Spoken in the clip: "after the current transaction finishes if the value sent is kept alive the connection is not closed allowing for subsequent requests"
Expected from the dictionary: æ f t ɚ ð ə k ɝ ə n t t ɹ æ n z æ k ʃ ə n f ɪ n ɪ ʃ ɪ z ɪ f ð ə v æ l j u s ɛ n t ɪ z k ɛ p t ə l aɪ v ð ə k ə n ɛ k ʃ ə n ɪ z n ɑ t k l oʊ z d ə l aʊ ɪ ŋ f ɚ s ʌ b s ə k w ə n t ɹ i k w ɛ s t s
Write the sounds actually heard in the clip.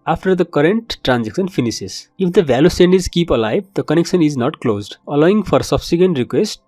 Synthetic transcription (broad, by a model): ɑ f t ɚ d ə k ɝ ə n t t ɹ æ n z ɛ k s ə n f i n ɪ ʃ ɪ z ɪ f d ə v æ l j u s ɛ n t ɪ z k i p ə l aɪ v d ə k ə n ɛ k s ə n ɪ z n ɑ t k l oʊ z d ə l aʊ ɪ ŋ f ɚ s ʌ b s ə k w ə n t ɹ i k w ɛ s t